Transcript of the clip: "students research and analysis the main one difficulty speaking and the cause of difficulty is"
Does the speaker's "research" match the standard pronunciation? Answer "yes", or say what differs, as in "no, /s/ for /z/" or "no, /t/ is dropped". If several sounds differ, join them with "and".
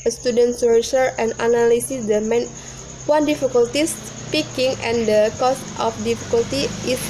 no, /tʃ/ is dropped